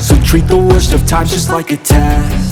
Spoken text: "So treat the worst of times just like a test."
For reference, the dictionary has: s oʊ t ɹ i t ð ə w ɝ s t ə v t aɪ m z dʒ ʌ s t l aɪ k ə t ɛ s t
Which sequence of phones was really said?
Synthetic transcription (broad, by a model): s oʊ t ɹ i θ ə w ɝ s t ə v t aɪ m dʒ ʌ s t l aɪ k ə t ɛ